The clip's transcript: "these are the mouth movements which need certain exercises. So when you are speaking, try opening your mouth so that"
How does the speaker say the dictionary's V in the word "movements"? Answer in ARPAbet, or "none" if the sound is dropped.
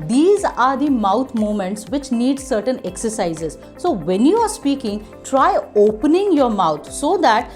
none